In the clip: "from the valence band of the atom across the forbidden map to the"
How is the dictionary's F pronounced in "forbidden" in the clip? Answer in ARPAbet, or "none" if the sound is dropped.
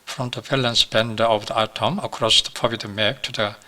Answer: P